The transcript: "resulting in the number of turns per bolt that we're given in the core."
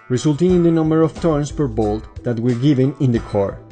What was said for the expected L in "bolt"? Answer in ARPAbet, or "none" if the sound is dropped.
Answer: L